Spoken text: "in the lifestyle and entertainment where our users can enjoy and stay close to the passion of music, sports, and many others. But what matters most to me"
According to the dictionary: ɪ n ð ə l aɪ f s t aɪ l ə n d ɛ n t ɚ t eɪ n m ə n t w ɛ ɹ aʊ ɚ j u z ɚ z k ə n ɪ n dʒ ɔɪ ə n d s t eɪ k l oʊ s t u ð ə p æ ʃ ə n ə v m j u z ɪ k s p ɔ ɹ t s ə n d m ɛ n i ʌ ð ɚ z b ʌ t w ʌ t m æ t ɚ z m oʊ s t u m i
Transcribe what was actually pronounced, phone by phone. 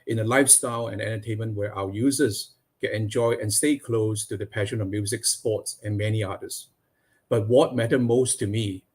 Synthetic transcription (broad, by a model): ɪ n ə l aɪ f s t aɪ l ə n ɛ n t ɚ t eɪ n m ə n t w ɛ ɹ aʊ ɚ j u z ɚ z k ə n ɪ n dʒ ɔɪ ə n s t eɪ k l oʊ s t u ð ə p æ ʃ ə n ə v m j u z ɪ k s p ɔ t s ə n m ɛ n i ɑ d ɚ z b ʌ t w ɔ t m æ t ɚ m oʊ s t u m i